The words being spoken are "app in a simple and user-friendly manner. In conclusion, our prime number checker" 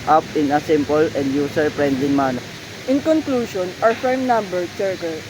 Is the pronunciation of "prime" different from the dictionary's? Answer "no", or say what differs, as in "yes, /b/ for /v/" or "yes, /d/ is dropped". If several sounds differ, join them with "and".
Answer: yes, /f/ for /p/